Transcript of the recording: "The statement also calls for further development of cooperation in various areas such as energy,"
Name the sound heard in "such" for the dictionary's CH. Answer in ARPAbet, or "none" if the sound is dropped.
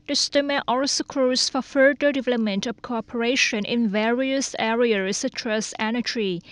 S